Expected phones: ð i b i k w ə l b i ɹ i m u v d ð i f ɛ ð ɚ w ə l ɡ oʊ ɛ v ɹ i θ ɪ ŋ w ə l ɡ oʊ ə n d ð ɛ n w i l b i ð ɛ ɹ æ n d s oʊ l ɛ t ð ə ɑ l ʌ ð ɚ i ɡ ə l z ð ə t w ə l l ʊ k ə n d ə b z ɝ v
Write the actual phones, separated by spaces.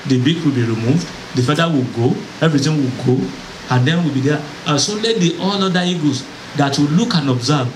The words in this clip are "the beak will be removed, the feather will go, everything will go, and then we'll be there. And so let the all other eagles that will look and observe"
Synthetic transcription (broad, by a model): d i b i k w ə l b i ɹ i m u v d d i f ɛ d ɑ w ə l ɡ oʊ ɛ v ɹ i t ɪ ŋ w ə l ɡ oʊ ə n d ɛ n w i l b i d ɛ s oʊ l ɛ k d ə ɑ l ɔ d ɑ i ɡ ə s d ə t w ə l l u k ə n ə b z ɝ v